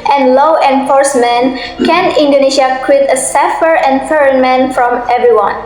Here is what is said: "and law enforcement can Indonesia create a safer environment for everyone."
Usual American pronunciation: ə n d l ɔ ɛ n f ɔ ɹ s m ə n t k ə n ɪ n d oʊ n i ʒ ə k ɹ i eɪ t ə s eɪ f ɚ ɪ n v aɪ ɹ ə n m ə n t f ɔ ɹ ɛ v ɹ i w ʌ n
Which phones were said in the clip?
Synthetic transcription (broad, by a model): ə n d l ɔ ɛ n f ɔ ɹ s m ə n k ə n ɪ n d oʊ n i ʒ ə k w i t ə s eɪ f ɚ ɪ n f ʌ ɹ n m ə n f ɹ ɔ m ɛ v ɹ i w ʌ n